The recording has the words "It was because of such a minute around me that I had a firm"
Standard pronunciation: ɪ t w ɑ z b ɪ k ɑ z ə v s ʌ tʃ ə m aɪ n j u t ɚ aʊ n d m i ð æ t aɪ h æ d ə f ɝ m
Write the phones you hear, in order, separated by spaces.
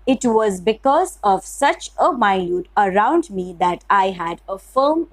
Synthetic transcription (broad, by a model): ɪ t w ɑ z b ɪ k ɑ z ə v s ʌ tʃ ə m aɪ l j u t ɚ aʊ n d m i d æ t aɪ h æ d ə f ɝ m